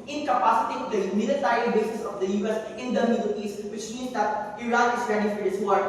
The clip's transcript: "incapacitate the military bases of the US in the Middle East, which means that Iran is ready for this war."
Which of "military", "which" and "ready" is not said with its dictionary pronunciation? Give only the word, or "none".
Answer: military